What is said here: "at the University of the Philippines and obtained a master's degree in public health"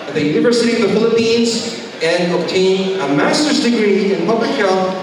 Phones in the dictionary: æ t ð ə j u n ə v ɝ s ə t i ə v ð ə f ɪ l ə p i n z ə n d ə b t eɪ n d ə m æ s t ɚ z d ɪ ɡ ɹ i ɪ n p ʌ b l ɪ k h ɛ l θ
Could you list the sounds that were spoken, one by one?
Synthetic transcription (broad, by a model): ð ə j u n ə v ɝ s ə t i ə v ð ə f ɪ l ə p i n z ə n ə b t eɪ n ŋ ə m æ s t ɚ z d ɪ ɡ ɹ i ɪ n p ʌ b l ɪ k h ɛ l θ